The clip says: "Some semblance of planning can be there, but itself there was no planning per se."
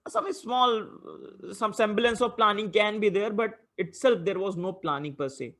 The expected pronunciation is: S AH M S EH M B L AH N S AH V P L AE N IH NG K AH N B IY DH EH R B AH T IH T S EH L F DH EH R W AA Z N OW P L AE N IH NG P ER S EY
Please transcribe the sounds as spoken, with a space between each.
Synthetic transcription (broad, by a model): S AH M S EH M B L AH N S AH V P L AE N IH NG K AH N B IY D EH R B AH T IH T S EH L F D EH R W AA Z N OW P L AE N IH NG P ER S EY